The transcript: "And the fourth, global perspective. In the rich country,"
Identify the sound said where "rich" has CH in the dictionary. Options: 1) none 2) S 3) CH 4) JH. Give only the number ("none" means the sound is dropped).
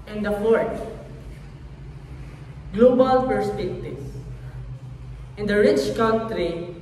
3